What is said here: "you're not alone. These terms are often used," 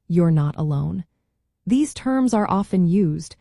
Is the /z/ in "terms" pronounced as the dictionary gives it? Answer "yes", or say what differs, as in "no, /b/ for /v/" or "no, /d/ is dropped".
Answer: yes